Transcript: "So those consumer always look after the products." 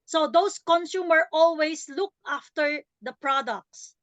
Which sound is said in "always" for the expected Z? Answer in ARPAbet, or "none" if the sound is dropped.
S